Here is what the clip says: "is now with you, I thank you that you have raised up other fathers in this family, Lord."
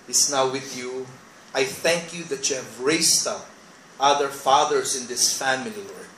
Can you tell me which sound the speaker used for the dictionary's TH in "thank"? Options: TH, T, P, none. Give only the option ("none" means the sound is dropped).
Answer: TH